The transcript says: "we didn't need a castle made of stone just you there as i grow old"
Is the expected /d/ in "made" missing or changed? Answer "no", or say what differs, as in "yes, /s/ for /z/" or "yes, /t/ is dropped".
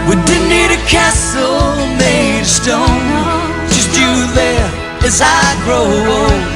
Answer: yes, /d/ is dropped